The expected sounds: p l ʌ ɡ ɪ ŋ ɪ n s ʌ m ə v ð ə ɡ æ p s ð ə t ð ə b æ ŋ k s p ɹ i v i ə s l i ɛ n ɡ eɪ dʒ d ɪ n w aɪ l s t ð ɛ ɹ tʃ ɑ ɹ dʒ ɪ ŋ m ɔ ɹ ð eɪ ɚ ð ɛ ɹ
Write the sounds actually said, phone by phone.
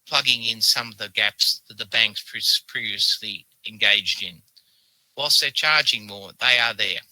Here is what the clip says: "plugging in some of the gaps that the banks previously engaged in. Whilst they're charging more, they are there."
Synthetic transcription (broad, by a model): p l ʌ ɡ ɪ ŋ ɪ n s ʌ m ə v ð ə ɡ æ p s ð ə t ð ə b æ ŋ k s p ɹ i v i ə s l i ɛ n ɡ eɪ dʒ d ɪ n w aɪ l s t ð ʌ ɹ tʃ ɑ ɹ dʒ ɪ ŋ m ɔ ɹ ð eɪ ɚ ð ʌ ɹ